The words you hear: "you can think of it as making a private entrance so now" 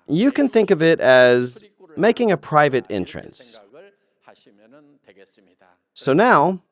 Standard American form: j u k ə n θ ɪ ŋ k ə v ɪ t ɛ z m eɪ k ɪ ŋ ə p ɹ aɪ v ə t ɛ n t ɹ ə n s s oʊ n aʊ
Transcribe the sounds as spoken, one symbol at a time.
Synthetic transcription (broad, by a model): j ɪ k ə n θ ɪ ŋ k ə v ɪ t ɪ z m eɪ k ɪ ŋ ə p ɹ aɪ v ə t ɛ n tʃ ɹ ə n s s oʊ n aʊ